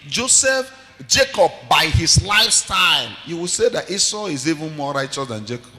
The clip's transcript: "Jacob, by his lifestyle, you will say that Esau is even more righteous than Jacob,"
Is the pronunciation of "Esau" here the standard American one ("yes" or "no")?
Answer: yes